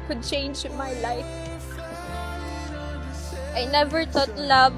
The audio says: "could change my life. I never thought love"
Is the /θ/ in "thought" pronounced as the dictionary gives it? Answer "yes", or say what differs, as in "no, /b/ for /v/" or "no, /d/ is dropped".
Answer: no, /t/ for /θ/